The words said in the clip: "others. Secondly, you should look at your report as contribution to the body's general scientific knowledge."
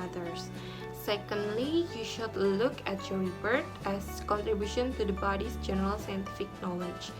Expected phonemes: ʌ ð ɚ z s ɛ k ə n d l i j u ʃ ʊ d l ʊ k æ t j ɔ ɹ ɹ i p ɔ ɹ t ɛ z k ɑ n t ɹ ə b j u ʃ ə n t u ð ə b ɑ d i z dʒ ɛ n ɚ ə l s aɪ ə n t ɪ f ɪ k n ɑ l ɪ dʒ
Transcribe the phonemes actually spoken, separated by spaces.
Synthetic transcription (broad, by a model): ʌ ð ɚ s ɛ k ə n d l i j u ʃ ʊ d l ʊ k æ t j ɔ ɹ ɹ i b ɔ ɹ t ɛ s k ɑ n t ɹ ə b j u ʃ ə n t u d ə b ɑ d i s dʒ ɛ n ɚ ə l s aɪ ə n t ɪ f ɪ k n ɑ l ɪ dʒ